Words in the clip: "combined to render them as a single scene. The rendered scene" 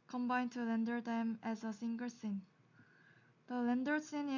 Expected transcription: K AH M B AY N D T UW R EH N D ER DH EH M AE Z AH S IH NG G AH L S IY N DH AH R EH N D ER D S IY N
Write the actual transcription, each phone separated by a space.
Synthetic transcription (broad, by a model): K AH M B AY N T UW L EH N D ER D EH M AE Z AH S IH NG G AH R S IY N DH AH L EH N D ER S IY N